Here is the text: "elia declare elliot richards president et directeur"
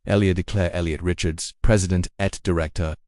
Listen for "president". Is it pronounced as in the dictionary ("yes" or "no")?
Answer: yes